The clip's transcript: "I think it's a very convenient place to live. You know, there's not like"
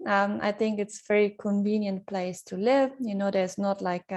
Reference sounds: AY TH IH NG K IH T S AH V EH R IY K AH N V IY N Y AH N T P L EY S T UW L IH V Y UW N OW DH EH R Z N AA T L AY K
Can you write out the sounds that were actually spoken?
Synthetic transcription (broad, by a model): AY TH IH NG K IH T S AH V EH R IY K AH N V IY N Y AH N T P L EY S T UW L IH V Y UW N OW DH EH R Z N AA T L AY K